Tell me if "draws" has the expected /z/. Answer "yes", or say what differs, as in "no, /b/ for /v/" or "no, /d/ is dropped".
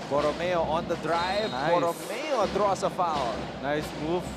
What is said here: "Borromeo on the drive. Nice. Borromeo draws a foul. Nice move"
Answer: no, /s/ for /z/